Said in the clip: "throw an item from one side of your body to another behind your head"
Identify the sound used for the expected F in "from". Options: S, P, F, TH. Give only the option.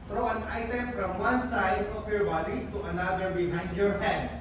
P